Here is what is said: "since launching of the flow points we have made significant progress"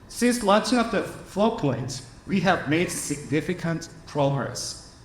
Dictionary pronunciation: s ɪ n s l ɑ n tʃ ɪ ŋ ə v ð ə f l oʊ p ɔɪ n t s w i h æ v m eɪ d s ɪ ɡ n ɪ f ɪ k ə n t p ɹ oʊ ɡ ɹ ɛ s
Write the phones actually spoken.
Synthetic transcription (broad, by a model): s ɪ n s l ɑ n tʃ ɪ ŋ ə p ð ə f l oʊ p ɔɪ n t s w i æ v m eɪ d s ɪ ɡ n ɪ f ɪ k ə n t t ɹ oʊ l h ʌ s